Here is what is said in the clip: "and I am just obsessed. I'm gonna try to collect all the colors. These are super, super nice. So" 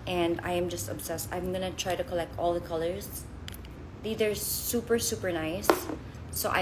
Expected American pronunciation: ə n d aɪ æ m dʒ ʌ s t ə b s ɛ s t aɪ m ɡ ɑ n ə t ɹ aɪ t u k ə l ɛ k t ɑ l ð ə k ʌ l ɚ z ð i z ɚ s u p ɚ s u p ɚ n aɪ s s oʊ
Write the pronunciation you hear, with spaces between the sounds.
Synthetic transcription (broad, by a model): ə n d aɪ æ m dʒ ʌ s t ə b s ɛ s t aɪ m ɡ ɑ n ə t ɹ aɪ t u k ə l ɛ k t ɑ l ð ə k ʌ l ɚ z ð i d ɚ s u p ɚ s u p ɚ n aɪ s s oʊ